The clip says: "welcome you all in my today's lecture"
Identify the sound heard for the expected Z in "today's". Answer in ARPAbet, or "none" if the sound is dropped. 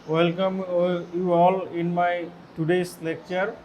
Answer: S